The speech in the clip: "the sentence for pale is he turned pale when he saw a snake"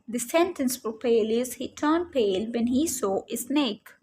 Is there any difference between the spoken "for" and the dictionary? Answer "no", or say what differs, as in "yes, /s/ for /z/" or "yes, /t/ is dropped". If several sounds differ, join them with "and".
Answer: yes, /p/ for /f/